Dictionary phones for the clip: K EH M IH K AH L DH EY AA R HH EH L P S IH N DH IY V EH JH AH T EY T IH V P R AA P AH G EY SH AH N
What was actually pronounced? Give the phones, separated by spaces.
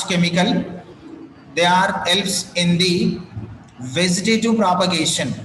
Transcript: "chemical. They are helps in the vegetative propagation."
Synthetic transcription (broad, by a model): K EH M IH K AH L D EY AA R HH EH L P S IH N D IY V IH Z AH T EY T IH P R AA P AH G EY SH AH N